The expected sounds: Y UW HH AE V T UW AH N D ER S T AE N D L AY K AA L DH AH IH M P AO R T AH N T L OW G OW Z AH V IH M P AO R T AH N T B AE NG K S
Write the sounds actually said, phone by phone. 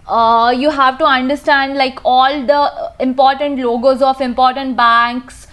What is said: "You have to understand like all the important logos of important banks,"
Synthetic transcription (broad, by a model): Y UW HH AE V T UW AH N D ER S T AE N D L AY K AA L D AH IH M P AO R T AH N T L OW G OW Z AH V IH M P AO R T AH N T B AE NG K S